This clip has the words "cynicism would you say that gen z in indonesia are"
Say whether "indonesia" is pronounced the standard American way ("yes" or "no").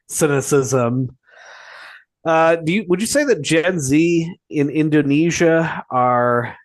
yes